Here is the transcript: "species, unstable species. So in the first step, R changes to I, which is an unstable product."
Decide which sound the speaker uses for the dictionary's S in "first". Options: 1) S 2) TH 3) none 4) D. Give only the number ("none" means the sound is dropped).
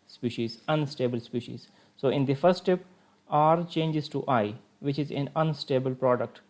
1